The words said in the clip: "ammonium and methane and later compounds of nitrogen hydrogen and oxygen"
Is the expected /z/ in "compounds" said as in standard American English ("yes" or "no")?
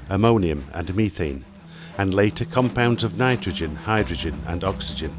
yes